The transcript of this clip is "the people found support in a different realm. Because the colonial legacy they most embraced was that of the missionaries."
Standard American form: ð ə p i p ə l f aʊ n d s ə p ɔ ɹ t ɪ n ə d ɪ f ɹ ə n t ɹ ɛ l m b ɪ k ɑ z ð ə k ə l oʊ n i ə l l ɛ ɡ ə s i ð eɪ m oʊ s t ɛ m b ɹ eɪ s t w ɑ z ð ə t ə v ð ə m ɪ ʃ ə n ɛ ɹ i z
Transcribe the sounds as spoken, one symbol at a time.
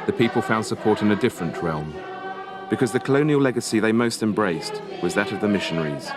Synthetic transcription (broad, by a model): ð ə p i p ə l f aʊ n d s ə p ɔ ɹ t ɪ n ə d ɪ f ɹ ə n t ɹ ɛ l m b ɪ k ɑ z ð ə k ə l oʊ n i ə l l ɛ ɡ ə s i ð eɪ m oʊ s t ɛ m b ɹ eɪ s t w ɑ z ð ə t ə v ð ə m ɪ ʃ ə n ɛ ɹ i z